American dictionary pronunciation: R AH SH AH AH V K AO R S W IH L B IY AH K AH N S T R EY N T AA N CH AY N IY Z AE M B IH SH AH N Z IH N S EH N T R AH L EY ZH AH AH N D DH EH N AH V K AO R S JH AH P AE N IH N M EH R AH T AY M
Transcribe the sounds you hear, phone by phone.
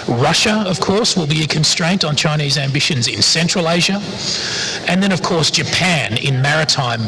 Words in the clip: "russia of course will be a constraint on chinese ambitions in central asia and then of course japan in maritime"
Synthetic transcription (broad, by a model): R AH SH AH AH V K AO R S W IH L B IY AH K AH N S T R EY N T N CH AY N IY Z AE M B IH SH AH N Z IH N S EH N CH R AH L EY ZH AH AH N DH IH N AH V K AO R S JH AH P AE N IH N M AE R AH T AY M